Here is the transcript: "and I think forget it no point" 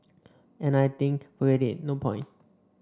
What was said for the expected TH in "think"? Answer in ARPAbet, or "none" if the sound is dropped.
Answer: T